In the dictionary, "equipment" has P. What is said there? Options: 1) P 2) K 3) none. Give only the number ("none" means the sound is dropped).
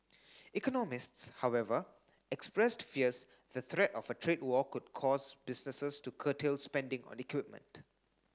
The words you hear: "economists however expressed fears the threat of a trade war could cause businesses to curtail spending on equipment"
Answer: 1